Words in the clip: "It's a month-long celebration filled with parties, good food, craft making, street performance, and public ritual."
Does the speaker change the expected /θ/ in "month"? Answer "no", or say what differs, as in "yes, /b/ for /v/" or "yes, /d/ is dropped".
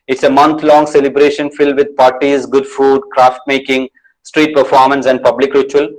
yes, /t/ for /θ/